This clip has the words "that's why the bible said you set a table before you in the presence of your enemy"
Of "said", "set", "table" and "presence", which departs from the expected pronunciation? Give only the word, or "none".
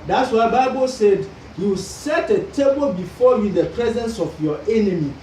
none